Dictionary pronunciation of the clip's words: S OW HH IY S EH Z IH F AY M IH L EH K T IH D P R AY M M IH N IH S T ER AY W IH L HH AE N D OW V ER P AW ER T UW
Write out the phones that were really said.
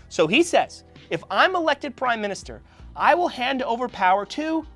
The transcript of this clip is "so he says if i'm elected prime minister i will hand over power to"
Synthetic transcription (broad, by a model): S OW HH IY S EH Z IH F AY M IH L EH K T IH D P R AY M M IH N IH S T ER AY W IH L HH AE N D OW V ER P AW ER T UW